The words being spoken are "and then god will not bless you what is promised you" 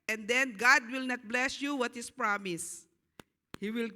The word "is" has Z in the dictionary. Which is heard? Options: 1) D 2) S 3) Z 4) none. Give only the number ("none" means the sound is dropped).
2